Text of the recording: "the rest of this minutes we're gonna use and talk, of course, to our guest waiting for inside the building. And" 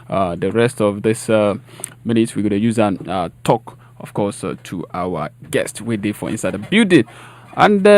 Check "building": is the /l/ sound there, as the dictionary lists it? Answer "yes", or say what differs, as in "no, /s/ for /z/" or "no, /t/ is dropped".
no, /l/ is dropped